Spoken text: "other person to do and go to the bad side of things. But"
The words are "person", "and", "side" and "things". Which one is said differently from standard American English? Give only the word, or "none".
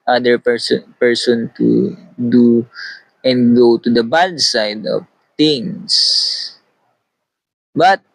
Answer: things